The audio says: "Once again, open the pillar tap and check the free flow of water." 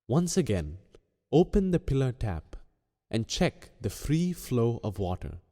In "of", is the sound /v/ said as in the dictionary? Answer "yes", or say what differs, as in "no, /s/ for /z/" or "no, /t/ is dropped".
yes